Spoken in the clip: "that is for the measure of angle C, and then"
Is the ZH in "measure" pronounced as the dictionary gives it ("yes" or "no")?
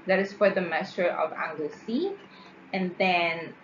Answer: no